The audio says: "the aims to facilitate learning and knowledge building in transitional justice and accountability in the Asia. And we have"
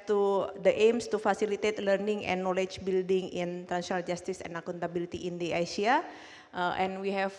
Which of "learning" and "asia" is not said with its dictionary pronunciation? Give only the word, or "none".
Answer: asia